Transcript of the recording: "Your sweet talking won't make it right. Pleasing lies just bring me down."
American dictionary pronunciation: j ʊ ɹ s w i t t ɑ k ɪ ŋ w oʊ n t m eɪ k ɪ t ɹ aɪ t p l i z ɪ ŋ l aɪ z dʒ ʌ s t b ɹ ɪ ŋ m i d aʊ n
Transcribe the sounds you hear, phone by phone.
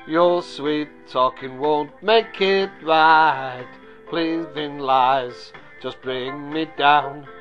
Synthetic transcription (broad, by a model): j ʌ ɹ s w i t t ɑ k ɪ ŋ w oʊ n t m eɪ k ɪ t ɹ aɪ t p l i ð ɪ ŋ l aɪ z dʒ ʌ s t b ɹ ɪ ŋ m i d aʊ n